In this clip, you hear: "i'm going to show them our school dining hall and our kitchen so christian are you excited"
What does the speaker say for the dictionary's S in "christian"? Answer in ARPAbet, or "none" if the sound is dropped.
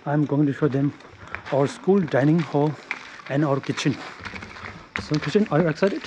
none